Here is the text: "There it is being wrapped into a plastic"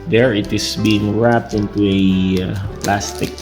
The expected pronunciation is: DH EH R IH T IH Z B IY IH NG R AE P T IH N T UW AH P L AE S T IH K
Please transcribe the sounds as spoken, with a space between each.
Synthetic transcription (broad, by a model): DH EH R IH T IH S B IY IH NG R AE P T IH N T UW AH P L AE S T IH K